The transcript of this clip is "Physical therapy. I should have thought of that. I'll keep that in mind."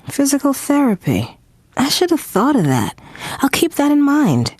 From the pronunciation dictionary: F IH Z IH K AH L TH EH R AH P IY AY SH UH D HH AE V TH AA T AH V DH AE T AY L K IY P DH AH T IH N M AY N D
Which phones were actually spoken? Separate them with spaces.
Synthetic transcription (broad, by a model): F IH Z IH K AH L TH EH R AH P IY AY SH UH D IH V TH AA T AH V DH AE T AY L K IY P DH AH T IH N M AY N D